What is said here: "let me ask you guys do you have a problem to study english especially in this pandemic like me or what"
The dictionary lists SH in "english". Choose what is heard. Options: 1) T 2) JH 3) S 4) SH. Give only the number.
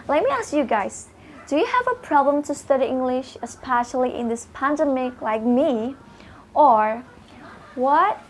4